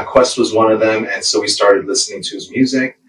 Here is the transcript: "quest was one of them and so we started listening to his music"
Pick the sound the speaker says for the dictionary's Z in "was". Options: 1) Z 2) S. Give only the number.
1